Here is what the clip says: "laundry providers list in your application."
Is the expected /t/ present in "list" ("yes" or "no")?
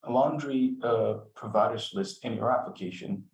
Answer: yes